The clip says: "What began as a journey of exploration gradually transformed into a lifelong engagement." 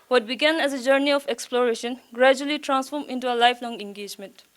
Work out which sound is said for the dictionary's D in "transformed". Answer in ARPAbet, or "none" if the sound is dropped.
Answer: none